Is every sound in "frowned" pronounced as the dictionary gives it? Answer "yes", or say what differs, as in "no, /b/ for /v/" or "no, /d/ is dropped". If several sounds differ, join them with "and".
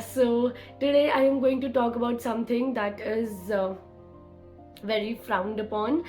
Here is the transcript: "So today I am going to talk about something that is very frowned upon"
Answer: yes